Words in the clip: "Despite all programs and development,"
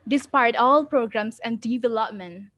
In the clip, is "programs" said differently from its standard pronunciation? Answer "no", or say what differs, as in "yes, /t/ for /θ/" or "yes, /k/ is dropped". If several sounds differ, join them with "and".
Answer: yes, /s/ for /z/